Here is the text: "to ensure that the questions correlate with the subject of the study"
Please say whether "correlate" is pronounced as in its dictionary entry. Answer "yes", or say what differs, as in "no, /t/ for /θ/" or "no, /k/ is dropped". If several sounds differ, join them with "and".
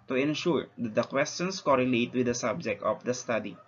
yes